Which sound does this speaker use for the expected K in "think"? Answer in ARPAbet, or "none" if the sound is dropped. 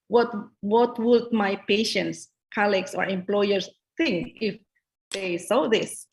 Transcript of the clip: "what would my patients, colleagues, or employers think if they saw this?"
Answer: K